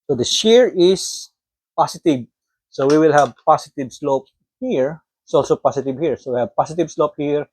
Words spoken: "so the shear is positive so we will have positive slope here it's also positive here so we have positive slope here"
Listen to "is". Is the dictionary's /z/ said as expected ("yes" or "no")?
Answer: no